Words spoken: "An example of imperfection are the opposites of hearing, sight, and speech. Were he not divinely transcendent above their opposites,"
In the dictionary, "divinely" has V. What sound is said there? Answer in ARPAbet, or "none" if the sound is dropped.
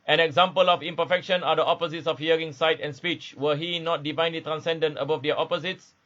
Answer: V